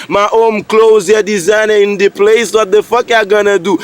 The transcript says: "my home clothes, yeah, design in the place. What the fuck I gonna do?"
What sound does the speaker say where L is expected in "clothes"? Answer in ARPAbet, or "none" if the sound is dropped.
L